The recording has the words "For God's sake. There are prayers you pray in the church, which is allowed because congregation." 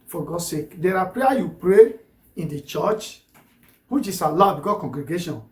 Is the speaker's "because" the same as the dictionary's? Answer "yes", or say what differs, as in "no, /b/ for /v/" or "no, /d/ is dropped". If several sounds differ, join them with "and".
no, /z/ is dropped